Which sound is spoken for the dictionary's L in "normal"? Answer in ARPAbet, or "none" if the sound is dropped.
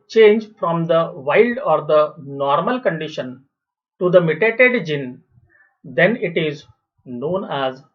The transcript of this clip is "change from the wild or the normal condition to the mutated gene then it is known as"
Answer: L